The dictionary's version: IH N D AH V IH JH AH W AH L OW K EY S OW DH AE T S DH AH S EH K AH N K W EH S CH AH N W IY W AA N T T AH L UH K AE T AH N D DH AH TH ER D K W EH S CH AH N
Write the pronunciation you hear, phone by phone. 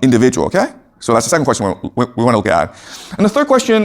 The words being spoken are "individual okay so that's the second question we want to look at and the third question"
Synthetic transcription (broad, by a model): IH N D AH V IH JH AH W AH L OW K EY S OW DH AE T S DH AH S EH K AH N K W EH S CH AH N W IY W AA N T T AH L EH AE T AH N DH AH TH ER D K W EH S CH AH N